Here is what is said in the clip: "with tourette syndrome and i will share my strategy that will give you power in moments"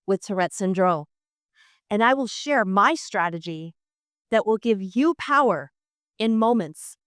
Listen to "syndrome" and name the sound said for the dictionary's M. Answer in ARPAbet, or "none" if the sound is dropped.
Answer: none